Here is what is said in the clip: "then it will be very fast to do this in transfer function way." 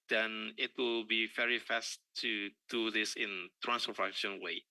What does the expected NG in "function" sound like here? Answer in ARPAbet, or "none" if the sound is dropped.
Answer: none